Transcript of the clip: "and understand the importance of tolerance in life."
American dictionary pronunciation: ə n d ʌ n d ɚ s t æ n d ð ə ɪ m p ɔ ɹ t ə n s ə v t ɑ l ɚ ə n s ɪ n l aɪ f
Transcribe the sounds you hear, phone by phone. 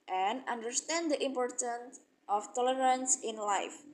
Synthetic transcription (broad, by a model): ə n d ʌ n d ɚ s t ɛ n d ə ɪ m p ɔ ɹ t ə n s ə f t ɑ l ɚ ə n s ɪ n l aɪ f